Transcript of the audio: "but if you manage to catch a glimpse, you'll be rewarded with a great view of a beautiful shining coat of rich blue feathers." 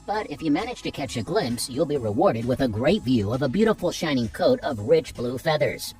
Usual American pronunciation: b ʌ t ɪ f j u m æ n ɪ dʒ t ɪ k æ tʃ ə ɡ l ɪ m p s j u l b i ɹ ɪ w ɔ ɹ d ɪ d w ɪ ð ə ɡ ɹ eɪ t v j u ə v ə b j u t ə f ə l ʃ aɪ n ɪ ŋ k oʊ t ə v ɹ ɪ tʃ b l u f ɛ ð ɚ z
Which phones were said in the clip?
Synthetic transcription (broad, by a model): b ʌ t ɪ f j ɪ m æ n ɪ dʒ t ɪ k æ tʃ ə ɡ l ɪ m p s j u l b i ɹ ɪ w ɔ ɹ d ɪ d w ɪ ð ə ɡ ɹ eɪ t v j u ə v ə b j u t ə f l ʃ aɪ n ɪ ŋ k oʊ t ə v ɹ ɪ tʃ b l u f ɛ ð ɚ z